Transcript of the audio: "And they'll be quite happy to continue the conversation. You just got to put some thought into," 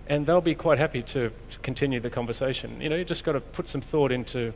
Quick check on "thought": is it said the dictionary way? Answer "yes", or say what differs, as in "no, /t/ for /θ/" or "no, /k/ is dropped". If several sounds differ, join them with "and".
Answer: yes